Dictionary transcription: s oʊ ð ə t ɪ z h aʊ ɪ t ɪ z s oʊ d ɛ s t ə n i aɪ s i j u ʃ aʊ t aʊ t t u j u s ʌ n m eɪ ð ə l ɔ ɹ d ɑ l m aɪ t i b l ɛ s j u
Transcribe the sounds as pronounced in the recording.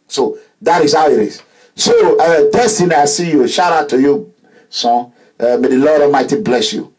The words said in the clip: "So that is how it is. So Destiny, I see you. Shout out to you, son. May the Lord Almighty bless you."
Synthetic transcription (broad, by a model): s oʊ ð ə t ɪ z h aʊ ɪ t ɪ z s oʊ d ɛ s t ə n i aɪ s i j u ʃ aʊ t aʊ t t u j u s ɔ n m eɪ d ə l ɔ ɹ d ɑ m aɪ t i b l ɛ s j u